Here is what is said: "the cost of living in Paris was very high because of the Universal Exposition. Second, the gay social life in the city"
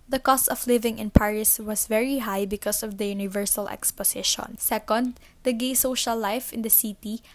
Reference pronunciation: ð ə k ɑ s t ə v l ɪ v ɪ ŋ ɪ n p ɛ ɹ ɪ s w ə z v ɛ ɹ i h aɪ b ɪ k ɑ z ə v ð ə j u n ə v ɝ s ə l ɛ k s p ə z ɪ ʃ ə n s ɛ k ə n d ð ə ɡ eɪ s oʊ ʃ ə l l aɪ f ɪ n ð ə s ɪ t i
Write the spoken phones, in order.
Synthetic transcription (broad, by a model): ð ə k ɑ s t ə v l ɪ v ɪ ŋ ɪ n p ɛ ɹ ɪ s w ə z v ɛ ɹ i h aɪ b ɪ k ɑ s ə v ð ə j u n ə v ɝ s ə l ɛ k s p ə s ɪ ʃ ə n s ɛ k ə n d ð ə ɡ eɪ s oʊ ʃ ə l l aɪ f ɪ n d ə s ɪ t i